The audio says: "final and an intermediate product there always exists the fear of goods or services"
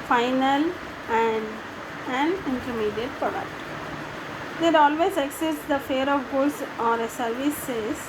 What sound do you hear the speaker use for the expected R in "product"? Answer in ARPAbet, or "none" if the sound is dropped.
none